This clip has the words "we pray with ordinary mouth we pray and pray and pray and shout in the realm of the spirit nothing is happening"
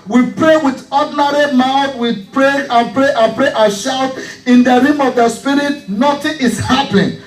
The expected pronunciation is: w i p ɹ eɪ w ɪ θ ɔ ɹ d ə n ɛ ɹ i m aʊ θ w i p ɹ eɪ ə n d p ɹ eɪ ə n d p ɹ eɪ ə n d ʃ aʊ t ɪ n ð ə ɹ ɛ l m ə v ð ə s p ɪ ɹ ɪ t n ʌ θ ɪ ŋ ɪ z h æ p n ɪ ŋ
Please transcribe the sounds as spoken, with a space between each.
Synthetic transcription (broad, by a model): w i p ɹ eɪ w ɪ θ ɔ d n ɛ ɹ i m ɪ f w i p ɹ eɪ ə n p ɹ eɪ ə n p ɹ eɪ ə ʃ aʊ t ɪ n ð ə ɹ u m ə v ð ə s p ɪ ɹ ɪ t n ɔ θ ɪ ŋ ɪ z h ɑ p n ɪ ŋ